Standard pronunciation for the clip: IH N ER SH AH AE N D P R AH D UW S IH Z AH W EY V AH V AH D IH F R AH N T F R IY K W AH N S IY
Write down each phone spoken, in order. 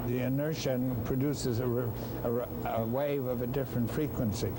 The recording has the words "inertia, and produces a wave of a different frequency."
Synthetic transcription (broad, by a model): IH N ER SH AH N P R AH D UW S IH Z AH W EY V AH V AH D IH F R AH N T F R IY K W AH N S IY